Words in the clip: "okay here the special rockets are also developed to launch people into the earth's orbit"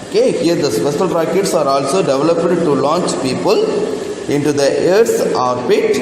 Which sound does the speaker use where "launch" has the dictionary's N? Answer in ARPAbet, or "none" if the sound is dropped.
N